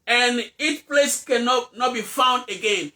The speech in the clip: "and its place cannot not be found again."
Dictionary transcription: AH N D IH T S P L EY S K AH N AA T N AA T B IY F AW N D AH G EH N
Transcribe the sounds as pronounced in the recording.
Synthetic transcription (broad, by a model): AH N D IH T P L EY S K AH N AA T N AA T B IY F AW N D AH G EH N